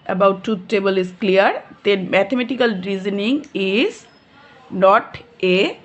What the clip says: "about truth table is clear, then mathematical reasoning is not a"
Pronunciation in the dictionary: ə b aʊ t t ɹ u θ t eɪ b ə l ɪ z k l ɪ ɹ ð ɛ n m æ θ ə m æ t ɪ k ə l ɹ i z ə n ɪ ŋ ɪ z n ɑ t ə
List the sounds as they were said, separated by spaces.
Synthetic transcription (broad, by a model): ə b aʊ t t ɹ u t t eɪ b ə l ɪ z k l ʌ ɹ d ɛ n m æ t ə m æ t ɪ k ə l ɹ i z ə n ɪ ŋ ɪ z n ɑ t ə